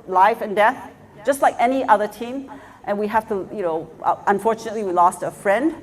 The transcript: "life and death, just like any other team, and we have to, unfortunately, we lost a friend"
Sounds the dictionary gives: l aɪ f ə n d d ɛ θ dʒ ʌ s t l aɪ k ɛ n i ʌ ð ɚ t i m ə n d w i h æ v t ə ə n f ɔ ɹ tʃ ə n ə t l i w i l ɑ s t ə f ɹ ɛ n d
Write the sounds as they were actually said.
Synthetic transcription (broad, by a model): l aɪ f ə n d d ɛ θ dʒ ʌ s t l aɪ k ɛ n i ʌ ð ɚ t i m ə n w i h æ f t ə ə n f ɔ ɹ tʃ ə n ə t l i w i l ɑ s t ə f ɹ ɛ n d